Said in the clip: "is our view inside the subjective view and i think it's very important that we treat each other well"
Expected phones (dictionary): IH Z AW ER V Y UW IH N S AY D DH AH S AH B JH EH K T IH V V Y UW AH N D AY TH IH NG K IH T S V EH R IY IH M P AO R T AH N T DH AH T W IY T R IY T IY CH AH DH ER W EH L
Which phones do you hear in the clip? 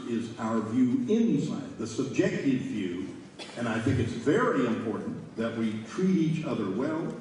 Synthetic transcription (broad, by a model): IH Z AW ER V Y UW IH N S AY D DH AH S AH B JH EH K T IH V V Y UW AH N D AY TH IH NG K IH T S V EH R IY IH M P AO R T N DH AH T W IY T R IY T IY CH AH DH ER W EH L